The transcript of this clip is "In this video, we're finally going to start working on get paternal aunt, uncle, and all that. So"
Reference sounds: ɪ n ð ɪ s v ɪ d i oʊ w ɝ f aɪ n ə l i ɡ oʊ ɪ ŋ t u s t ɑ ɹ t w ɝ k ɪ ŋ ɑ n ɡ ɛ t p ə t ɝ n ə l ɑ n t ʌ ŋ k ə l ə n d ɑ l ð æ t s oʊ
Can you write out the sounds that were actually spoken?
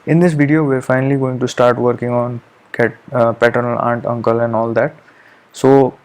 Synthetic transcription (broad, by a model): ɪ n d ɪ s v ɪ d i oʊ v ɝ f aɪ n ə l i ɡ oʊ ɪ ŋ t u s t ɑ ɹ t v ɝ k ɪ ŋ ɑ n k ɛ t p ə t ɝ n ə l ɑ n t ʌ ŋ k ə l ə n d ɑ l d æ t s oʊ